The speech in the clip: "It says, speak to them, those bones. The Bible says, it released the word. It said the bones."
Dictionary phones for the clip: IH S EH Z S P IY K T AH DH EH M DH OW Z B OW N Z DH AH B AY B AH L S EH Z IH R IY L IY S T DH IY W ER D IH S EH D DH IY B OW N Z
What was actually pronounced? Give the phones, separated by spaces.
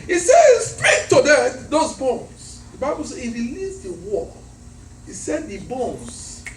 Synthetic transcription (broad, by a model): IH S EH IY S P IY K T AH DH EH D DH OW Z B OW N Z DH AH B AY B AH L S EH IH R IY L IY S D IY W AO IH S EH D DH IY B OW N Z